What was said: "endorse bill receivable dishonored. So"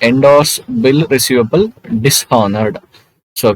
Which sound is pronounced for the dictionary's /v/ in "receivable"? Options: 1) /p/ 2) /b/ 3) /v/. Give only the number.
3